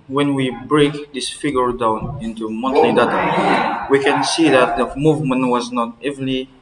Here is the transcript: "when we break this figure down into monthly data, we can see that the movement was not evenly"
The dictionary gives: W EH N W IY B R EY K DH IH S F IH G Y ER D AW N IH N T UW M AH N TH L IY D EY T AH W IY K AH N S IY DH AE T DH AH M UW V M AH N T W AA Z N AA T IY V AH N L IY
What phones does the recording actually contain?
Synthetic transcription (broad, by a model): W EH N W IY B R EY K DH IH S F IH G Y ER D AW N IH N T UW M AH N T L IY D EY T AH W IY K AH N S IY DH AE T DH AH M UW V M AH N T W AA Z N AA T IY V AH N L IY